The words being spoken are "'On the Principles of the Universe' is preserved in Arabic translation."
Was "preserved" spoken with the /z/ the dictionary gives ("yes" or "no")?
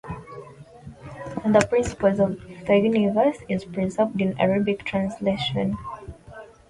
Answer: no